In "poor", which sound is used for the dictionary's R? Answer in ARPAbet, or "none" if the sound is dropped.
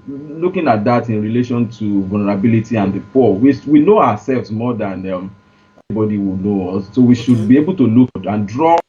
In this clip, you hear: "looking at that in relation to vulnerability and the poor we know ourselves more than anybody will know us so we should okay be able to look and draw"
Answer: W